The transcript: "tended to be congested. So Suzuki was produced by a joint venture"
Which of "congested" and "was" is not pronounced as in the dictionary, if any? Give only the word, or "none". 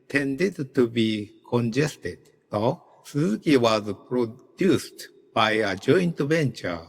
none